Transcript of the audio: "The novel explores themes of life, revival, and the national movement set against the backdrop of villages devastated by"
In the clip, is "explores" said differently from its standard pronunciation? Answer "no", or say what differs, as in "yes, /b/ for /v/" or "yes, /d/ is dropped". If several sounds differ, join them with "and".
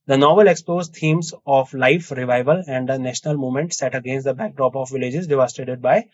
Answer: yes, /l/ is dropped